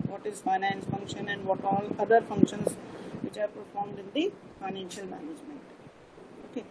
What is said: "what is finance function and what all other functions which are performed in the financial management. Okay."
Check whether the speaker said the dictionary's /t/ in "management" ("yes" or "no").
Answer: yes